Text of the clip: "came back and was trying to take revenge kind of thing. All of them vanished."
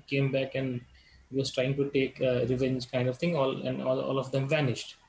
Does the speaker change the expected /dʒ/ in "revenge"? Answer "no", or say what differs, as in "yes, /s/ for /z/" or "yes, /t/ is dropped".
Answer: no